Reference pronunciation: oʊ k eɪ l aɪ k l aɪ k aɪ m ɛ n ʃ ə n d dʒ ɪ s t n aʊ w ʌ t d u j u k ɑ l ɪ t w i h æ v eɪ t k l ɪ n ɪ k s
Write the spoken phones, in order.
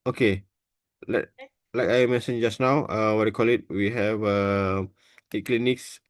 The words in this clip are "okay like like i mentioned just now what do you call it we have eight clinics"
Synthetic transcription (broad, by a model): oʊ k eɪ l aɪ l aɪ k aɪ m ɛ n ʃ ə n dʒ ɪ s n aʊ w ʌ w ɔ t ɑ k ɑ l ɪ t w i h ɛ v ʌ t k l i n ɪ k s